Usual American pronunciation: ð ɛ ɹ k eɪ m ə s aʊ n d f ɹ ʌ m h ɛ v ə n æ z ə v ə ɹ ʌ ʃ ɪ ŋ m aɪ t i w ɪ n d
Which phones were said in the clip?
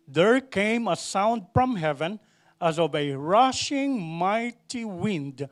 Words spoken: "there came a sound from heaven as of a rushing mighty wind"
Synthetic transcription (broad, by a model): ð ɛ ɹ k eɪ m ə s aʊ n d f ɹ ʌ m h ɛ v ə n æ z ə v ə ɹ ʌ ʃ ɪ ŋ m aɪ t i w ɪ n d